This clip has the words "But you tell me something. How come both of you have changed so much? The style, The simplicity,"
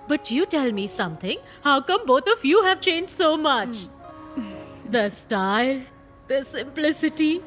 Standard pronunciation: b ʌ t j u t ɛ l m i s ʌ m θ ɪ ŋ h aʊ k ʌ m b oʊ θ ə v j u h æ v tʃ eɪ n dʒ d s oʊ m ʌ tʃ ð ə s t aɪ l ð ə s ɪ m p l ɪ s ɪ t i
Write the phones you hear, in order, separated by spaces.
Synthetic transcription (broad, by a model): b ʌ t j u t ɛ l m i s ʌ m t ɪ ŋ h aʊ k ʌ m b oʊ t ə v j u h æ v tʃ eɪ n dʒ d s oʊ m ʌ tʃ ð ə s t aɪ l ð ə s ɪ m p l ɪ s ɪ t i